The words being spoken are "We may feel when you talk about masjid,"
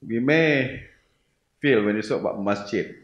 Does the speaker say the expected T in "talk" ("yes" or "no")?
no